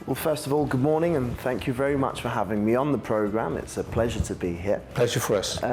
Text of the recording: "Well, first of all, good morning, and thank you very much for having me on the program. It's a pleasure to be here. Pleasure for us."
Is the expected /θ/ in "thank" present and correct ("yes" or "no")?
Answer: yes